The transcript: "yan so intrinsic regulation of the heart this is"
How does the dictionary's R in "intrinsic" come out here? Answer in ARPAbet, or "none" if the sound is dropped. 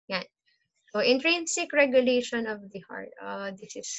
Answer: R